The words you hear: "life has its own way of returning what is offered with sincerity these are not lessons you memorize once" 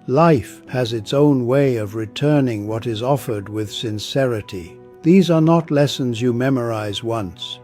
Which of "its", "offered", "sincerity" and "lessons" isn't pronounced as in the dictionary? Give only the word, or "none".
none